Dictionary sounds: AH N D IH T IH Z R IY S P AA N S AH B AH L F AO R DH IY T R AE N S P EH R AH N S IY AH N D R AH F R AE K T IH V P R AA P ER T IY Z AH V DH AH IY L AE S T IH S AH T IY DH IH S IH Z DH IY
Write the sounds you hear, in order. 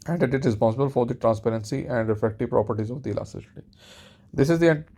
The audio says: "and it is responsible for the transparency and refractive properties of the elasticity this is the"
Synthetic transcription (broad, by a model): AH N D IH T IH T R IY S P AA S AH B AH L F AO R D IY T R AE N S P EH R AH N S IY AH N D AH F EH K T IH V P R AA P ER T IY Z AH V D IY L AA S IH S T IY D IH S IH Z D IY